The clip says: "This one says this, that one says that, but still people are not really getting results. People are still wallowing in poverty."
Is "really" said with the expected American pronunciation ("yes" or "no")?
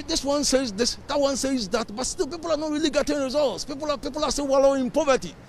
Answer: yes